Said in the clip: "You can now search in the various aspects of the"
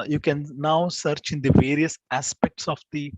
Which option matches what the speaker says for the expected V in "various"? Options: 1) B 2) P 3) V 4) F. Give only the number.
3